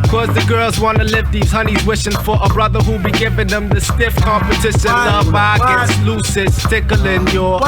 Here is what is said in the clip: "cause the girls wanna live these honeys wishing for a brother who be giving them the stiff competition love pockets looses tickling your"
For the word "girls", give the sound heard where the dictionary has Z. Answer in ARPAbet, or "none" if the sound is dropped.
Z